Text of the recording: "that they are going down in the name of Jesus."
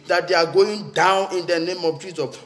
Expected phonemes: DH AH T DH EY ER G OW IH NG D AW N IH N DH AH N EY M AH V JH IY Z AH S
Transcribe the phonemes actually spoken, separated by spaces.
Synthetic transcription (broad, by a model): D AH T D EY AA G OW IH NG D AW N IH N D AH N EY M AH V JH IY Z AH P